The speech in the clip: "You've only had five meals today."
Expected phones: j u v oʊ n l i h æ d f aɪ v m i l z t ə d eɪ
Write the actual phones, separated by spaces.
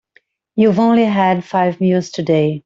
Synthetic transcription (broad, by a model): j u v oʊ n l i h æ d f aɪ v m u z t ə d eɪ